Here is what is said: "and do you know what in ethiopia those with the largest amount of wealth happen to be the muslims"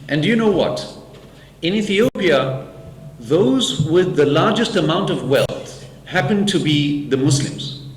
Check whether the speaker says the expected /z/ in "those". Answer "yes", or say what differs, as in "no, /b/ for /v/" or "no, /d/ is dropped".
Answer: yes